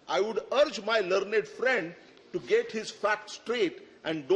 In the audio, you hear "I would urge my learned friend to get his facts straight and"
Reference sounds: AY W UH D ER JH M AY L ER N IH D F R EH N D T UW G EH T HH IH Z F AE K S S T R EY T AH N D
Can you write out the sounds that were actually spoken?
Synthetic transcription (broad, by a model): AY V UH D ER JH M AY L ER N IH D F R EH N D T UW G EH T HH IH Z F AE K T S T R EY T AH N D